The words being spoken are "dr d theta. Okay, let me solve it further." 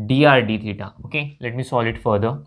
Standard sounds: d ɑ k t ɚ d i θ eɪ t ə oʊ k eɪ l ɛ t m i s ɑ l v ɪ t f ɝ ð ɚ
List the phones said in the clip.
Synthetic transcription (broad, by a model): d ɑ t d i t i t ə oʊ k eɪ l ɛ t m i s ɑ l ɪ t f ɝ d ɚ